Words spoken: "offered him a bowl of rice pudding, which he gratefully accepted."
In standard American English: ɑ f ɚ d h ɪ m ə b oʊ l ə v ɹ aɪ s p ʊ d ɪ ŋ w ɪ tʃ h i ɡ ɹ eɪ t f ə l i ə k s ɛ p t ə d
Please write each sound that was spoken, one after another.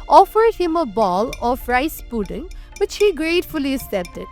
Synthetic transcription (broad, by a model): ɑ f ɚ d h ɪ m ə b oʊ l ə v ɹ aɪ s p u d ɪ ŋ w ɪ tʃ h i ɡ ɹ eɪ t f ə l i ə s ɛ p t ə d